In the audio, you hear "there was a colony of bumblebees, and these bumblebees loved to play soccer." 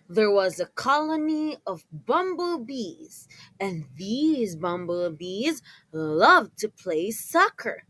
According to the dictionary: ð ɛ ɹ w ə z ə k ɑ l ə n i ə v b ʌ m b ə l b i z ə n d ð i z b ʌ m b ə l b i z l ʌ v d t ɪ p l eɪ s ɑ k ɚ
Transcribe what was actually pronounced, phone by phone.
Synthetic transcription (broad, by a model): ð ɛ ɹ w ə z ə k ɑ l ə n i ə v b ʌ m b l b i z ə n ð i z b ʌ m b l b i z l ʌ v t ɪ p l eɪ s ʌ k ɚ